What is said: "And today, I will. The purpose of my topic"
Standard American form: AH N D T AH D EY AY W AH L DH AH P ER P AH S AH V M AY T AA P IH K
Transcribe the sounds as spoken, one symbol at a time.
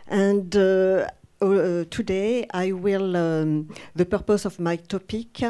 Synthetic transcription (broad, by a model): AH N D T AH D EY AY W AH L DH AH P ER P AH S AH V M AY T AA P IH K